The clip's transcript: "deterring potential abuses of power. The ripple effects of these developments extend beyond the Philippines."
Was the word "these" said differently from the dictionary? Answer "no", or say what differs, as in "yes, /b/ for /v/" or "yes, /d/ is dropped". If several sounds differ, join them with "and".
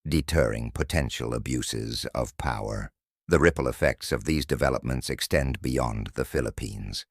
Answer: no